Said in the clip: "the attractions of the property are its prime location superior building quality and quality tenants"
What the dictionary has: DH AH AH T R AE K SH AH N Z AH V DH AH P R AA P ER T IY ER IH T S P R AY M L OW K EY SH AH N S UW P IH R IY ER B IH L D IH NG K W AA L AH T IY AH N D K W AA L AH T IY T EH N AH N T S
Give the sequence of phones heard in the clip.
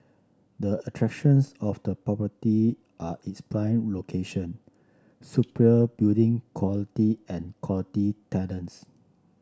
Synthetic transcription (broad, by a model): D AH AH T R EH K SH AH N S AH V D AH P R AA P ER T IY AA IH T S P L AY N L OW K EY SH AH N S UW P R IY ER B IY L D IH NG K W AA L AH T IY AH N K W AA L AH T IY T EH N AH N S